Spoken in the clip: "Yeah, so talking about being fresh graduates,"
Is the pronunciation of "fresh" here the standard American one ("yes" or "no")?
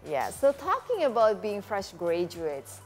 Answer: yes